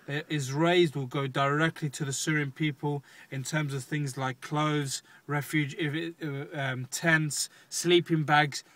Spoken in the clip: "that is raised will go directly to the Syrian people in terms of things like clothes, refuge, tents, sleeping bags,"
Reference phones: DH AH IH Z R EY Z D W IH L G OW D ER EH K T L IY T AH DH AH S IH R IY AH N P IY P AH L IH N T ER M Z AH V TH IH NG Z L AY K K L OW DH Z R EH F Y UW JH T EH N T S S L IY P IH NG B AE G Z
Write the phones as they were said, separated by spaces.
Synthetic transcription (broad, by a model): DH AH IH Z R EY Z D W IH L G OW D ER EH K T L IY T AH DH AH S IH R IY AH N P IY P AH L IH N T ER M Z AH V TH IH NG Z L AY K K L OW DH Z R EH F Y UW JH T EH N T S S L IY P IH NG B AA G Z